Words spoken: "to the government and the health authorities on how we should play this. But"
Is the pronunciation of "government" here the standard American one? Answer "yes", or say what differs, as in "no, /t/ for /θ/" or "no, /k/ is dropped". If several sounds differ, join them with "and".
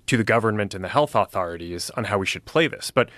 yes